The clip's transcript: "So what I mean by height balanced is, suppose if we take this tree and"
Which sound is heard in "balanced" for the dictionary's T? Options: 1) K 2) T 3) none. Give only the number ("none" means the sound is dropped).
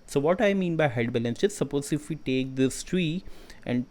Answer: 3